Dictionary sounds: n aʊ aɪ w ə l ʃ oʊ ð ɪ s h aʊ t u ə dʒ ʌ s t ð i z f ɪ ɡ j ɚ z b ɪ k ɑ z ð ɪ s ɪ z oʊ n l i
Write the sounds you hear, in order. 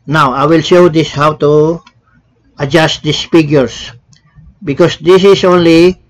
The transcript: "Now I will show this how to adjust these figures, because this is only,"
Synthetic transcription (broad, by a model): n aʊ aɪ w ə l ʃ oʊ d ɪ s h aʊ t u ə dʒ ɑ s t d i s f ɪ ɡ j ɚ s b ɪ k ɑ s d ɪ s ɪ s oʊ n l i